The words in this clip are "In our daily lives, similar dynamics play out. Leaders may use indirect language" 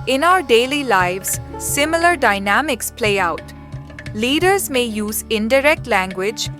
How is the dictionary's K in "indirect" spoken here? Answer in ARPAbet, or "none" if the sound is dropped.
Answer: K